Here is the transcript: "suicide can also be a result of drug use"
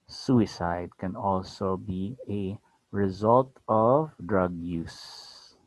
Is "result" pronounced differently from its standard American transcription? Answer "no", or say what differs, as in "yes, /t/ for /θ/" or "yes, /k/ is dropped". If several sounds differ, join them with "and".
no